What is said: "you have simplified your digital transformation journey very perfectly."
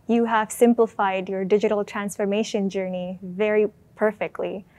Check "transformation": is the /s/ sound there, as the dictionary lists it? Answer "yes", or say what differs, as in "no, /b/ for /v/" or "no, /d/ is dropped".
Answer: yes